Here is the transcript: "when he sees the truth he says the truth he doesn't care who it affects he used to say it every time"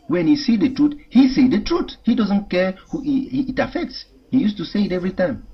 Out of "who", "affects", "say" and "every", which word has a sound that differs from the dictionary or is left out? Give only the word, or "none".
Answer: none